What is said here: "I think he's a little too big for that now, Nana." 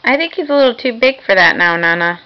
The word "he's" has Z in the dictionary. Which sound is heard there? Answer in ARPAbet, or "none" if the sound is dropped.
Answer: Z